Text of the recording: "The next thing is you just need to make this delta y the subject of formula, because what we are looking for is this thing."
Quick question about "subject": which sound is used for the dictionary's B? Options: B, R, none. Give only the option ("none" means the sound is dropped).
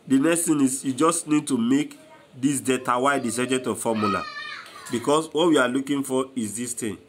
none